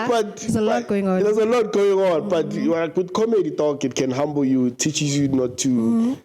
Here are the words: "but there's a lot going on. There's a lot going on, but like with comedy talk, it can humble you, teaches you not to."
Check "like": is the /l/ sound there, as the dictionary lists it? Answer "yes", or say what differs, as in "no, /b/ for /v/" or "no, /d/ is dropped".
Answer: no, /w/ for /l/